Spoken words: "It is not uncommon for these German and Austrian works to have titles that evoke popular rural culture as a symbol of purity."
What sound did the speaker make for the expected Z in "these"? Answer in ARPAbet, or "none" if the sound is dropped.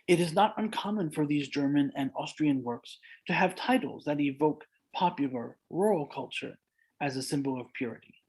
Z